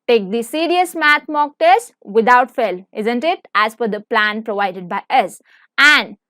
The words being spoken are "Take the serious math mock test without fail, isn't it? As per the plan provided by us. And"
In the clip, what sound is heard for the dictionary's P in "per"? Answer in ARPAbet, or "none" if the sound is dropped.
F